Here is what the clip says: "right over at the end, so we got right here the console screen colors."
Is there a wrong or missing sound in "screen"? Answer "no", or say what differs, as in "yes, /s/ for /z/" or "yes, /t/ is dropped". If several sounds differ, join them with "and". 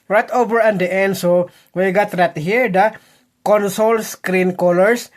no